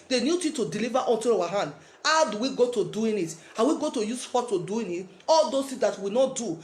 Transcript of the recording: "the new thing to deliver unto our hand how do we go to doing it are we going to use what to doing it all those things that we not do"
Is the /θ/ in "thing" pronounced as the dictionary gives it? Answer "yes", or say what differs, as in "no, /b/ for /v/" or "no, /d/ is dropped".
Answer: no, /t/ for /θ/